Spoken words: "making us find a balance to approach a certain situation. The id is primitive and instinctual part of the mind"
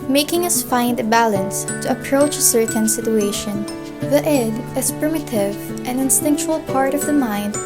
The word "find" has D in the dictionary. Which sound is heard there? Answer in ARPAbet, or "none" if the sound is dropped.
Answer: D